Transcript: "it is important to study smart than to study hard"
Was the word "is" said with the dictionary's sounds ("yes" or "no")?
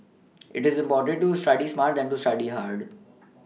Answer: yes